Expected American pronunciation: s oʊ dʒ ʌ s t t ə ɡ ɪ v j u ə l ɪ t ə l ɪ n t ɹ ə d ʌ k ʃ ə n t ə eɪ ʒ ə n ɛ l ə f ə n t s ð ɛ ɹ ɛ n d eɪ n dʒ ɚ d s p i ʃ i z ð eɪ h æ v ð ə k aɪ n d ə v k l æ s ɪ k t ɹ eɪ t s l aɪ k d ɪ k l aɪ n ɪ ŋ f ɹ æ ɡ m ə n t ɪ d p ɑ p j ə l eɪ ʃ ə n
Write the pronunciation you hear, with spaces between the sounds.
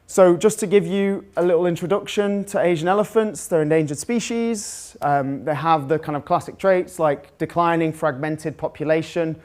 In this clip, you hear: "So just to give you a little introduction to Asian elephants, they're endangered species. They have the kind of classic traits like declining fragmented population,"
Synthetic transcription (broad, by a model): s oʊ dʒ ʌ s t t ə ɡ ɪ v j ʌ ə l ɪ t l ɪ n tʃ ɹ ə d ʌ k ʃ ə n t ə eɪ ʒ ə n ɛ l ə f ə n t s ð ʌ ɹ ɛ n d eɪ n dʒ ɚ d s p i ʃ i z ð eɪ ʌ v ð ə k aɪ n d ə v k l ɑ s ɪ k t ɹ eɪ t s l aɪ k d ɪ k l aɪ n ɪ ŋ f ɹ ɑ ɡ m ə n t ɪ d p ɑ p j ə l eɪ ʃ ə n